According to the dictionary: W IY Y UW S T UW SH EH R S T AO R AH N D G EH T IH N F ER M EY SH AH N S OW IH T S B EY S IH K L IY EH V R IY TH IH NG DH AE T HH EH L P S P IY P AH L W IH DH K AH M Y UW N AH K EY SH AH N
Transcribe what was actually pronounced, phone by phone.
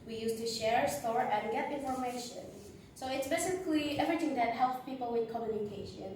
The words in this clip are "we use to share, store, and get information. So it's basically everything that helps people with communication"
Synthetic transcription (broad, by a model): W IY Y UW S T UW SH EH R S T AO R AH N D G EH T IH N F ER M EY SH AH N S OW IH T S B EY S IH K L IY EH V R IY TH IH NG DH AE T HH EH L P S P IY P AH L W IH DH K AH M Y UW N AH K EY SH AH N